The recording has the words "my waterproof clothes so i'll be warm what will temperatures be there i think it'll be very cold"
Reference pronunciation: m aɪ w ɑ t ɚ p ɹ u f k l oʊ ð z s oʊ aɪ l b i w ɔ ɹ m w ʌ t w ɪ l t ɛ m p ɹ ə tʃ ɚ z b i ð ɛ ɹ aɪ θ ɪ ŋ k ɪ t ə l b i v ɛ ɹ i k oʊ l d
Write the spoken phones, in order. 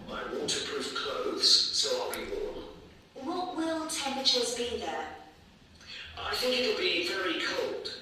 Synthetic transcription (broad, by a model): aɪ w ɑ t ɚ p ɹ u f k l oʊ ð z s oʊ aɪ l b i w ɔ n w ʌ t w ɪ l t ɛ m p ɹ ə tʃ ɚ z b i ð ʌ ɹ aɪ θ ɪ ŋ k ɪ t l b i v ɛ ɹ i k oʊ l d